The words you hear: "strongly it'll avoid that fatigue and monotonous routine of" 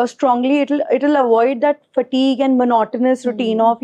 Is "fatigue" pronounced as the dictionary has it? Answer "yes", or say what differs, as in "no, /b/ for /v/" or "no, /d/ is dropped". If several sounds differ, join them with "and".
yes